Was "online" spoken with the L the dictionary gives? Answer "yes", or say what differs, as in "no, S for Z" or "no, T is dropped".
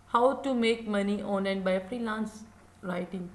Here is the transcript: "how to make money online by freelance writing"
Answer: no, L is dropped